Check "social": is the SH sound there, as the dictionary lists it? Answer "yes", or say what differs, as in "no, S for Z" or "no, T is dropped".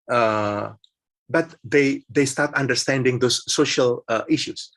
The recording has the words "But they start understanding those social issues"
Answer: yes